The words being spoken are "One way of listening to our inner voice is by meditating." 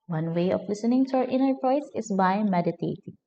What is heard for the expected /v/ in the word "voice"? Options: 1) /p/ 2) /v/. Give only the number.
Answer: 1